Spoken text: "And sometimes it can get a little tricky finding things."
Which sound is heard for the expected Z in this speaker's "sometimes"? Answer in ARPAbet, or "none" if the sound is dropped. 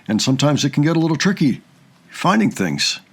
Z